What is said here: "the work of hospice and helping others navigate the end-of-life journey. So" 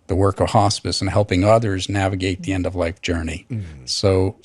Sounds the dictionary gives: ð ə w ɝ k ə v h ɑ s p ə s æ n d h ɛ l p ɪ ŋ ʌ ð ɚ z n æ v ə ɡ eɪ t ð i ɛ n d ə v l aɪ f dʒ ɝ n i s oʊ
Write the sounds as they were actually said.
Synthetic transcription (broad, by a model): ð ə w ɝ k ə v h ɑ s p ə s n h ɛ l p ɪ ŋ ʌ ð ɚ z n æ v ə ɡ eɪ t ð i ɛ n d ə v l aɪ f dʒ ɝ n i s oʊ